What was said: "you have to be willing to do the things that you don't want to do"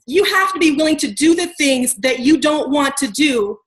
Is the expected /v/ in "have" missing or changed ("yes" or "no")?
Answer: yes